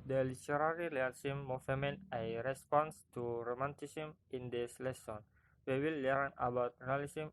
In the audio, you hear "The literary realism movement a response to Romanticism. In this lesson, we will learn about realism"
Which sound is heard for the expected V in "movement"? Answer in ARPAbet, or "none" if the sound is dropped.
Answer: none